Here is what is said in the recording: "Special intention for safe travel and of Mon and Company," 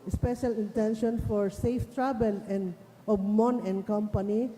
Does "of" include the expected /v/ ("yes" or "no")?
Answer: no